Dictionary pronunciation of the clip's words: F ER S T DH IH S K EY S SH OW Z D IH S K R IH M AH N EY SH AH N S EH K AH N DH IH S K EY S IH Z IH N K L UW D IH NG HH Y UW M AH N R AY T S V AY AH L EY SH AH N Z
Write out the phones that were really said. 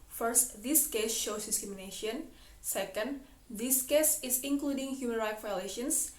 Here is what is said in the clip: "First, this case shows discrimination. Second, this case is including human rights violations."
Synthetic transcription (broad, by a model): F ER S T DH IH S K EY S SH OW S D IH S K R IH M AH N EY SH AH N S EH K AH N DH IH S K EY S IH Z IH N K L UW D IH NG HH Y UW M AH N R AY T V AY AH L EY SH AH N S